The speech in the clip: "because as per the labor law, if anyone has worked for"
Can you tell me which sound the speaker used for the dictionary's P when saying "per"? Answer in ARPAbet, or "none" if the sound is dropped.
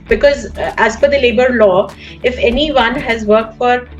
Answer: F